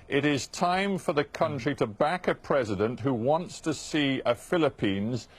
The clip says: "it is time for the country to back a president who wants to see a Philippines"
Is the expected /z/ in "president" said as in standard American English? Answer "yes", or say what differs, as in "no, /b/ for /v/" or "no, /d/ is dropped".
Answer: yes